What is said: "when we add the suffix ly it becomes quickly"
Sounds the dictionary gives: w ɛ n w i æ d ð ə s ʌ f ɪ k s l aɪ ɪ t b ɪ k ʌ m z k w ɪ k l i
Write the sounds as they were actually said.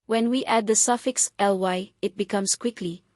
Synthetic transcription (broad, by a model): w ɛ n w i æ d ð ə s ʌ f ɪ k s l aɪ ɪ t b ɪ k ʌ m s k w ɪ k l i